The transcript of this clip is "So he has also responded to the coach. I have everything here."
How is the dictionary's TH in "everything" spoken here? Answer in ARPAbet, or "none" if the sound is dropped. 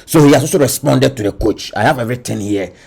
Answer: T